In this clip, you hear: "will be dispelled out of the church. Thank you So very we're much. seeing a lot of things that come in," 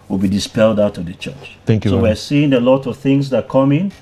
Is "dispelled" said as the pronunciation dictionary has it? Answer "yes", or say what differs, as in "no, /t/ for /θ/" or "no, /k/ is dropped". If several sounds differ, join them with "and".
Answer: yes